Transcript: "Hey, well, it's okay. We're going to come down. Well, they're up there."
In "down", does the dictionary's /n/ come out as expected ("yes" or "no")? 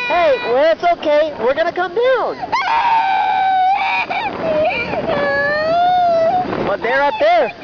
yes